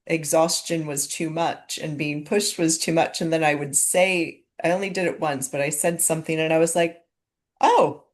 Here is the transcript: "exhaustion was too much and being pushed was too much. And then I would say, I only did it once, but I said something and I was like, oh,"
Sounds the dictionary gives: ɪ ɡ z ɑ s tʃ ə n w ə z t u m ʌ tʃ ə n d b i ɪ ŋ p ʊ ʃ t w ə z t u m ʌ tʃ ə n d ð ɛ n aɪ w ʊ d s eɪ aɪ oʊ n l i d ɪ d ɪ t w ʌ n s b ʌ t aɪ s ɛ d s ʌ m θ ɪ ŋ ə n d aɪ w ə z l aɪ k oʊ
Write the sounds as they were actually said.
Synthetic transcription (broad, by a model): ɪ ɡ z ɑ s tʃ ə n w ə z t u m ʌ tʃ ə n b i ɪ ŋ p ʊ ʃ t w ə z t u m ʌ tʃ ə n ð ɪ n aɪ w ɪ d s eɪ aɪ oʊ n l i d ɪ d ɪ t w ʌ n s b ʌ t aɪ s ɛ d s ʌ m θ ɪ ŋ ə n aɪ w ə z l aɪ k oʊ